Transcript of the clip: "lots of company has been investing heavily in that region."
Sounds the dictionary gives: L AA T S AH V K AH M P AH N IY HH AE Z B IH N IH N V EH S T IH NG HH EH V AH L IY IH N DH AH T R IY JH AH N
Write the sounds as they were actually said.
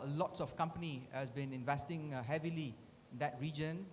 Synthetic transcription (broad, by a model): L AA T S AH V K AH M P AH N IY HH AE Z B IH N IH N V EH S T IH NG HH EH V AH L IY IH N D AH T R IY JH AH N